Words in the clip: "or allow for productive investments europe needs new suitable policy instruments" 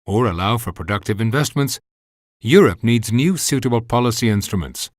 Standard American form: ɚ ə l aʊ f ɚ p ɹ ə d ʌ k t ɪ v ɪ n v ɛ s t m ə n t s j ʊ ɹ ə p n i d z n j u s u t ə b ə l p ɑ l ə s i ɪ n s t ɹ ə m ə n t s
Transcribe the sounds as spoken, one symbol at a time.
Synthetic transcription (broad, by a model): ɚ ə l aʊ f ɚ p ɹ ə d ʌ k t ɪ v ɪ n v ɛ s t m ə n t s j ʊ ɹ ə p n i d z n j u s u t ə b ə l p ɑ l ə s i ɪ n s t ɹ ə m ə n t s